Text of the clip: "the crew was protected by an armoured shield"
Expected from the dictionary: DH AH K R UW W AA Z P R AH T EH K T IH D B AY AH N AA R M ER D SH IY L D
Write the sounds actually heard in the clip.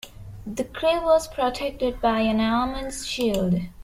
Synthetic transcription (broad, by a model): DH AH K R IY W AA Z P R AH T EH K T IH D B AY AH N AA L M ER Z SH IY L D